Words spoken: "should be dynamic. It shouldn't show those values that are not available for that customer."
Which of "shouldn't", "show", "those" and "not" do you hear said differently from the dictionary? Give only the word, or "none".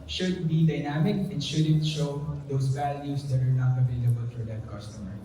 those